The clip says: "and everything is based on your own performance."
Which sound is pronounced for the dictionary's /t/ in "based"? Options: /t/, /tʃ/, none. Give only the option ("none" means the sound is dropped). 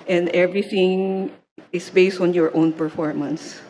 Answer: /t/